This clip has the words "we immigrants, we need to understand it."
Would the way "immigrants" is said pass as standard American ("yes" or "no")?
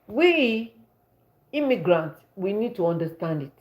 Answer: no